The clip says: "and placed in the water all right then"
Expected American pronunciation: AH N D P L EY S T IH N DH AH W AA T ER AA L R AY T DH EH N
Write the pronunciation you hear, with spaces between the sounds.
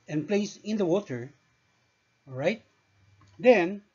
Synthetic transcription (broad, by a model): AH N P L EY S IH N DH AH W AA T ER R AY T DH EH N